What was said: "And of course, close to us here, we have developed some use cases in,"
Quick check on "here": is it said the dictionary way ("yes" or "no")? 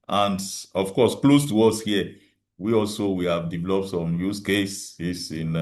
no